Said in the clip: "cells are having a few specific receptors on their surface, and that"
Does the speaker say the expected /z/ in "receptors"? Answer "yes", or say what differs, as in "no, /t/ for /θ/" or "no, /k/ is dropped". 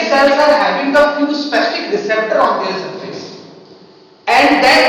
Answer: no, /z/ is dropped